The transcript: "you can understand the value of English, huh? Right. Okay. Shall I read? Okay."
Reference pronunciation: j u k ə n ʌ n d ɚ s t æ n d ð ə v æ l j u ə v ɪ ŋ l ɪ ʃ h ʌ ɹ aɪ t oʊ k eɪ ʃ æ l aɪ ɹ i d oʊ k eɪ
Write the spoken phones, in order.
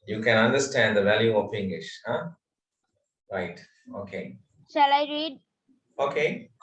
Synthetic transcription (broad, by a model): j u k ə n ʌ n d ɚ s t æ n d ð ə v æ l j u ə p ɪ ŋ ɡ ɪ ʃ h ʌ ɹ aɪ t oʊ k eɪ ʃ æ l aɪ ɹ i d oʊ k eɪ